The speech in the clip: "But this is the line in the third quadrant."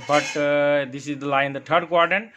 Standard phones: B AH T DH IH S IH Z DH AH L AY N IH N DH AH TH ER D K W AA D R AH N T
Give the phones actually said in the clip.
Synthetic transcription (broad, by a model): B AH T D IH S IH Z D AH L AY IH N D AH T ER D K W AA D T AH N